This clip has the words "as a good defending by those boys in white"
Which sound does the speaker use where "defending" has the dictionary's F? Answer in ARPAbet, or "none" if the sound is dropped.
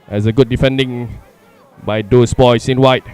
F